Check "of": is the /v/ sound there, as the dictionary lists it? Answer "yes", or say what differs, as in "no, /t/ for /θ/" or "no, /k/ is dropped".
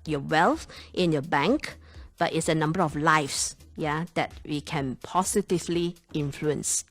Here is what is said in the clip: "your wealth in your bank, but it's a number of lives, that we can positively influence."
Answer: no, /f/ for /v/